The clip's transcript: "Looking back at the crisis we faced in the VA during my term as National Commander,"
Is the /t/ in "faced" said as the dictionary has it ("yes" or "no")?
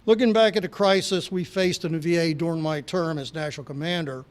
yes